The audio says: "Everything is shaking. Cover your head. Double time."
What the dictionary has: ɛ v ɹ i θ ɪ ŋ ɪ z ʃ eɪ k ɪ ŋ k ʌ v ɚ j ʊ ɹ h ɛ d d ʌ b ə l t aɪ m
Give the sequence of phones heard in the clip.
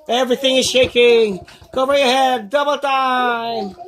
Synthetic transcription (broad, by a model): ɛ v ɹ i θ ɪ ŋ ɪ z ʃ eɪ k ɪ ŋ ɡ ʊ b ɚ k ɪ h ɛ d d ʌ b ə l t aɪ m